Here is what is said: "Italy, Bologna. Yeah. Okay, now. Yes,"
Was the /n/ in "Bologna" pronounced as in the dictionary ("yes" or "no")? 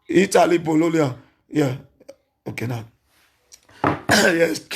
no